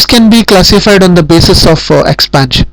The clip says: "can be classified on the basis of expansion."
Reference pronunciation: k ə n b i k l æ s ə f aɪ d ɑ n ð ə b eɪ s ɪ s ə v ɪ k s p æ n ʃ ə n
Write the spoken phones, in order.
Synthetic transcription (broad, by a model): k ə n b i k l æ s ə f aɪ d ɑ n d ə b eɪ s ɪ s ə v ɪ k s p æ n ʃ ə n